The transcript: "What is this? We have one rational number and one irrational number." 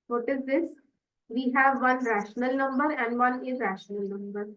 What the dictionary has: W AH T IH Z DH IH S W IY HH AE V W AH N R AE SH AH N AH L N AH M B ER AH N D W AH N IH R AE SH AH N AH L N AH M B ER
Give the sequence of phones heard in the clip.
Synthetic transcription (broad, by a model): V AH T IH Z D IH S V IY HH AE V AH N R AE SH AH N AH L N AH M B ER AH N D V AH N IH R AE SH AH N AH L N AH M B ER